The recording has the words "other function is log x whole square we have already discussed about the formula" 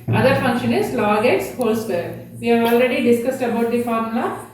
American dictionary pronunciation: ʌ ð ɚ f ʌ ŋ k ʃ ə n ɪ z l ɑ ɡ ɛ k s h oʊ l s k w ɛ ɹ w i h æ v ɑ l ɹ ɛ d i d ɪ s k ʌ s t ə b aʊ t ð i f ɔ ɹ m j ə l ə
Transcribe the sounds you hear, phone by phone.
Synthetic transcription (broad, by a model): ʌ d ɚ f ʌ ŋ k ʃ ə n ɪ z l ɑ ɡ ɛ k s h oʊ l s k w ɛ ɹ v i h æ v ɑ l ɹ ɛ d i d ɪ s k ʌ s t ə b aʊ t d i f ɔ ɹ m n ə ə